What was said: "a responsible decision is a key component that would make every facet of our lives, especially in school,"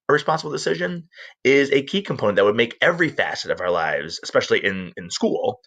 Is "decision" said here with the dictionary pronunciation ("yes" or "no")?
yes